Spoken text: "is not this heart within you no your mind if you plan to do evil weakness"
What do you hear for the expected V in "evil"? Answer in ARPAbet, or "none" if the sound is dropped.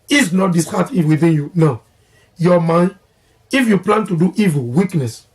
V